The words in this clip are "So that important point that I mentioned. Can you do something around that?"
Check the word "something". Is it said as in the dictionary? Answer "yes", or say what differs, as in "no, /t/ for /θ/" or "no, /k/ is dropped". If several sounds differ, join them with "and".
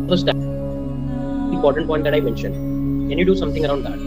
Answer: no, /t/ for /θ/